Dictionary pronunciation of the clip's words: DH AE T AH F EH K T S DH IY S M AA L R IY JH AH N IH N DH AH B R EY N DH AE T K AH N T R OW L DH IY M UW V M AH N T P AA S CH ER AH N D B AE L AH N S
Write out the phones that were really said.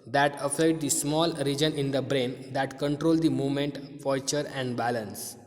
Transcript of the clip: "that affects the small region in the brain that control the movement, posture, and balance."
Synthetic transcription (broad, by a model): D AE T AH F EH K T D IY S M AA L R IY JH AH N IH N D AH B R EY N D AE T K AH N T R OW L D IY M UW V M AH N T F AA CH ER AH N D B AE L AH N S